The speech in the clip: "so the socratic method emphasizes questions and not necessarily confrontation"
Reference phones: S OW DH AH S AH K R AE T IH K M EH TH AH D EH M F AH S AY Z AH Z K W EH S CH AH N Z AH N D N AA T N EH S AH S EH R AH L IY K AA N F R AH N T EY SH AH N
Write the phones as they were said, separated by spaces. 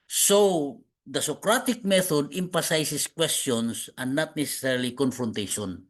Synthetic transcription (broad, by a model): S OW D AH S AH K R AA T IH K M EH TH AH D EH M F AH S AY S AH S K W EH S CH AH N S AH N N AA T N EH S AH S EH R L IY K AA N F R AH N T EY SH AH N